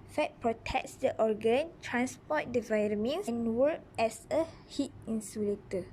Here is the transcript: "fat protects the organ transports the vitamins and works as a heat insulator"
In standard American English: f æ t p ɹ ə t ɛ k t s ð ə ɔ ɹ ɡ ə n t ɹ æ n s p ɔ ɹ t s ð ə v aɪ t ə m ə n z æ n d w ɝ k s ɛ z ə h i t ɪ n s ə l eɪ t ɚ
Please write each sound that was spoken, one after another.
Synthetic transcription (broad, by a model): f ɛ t p ɹ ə t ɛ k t s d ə ɔ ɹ ɡ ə n t ɹ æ n s p ɔ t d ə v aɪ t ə m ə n n w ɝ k ɛ s ə h i t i n s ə l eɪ t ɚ